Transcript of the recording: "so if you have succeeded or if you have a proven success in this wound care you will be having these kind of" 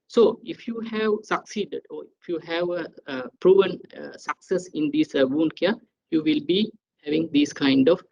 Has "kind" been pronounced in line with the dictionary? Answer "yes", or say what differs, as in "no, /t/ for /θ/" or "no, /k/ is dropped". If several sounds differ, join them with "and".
yes